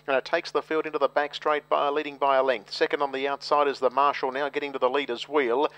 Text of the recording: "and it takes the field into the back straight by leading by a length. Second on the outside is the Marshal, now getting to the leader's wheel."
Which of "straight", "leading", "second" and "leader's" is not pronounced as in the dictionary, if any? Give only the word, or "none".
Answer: none